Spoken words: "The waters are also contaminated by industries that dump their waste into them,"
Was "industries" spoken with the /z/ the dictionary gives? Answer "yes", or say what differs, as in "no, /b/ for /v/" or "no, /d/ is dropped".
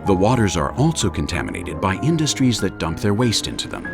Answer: yes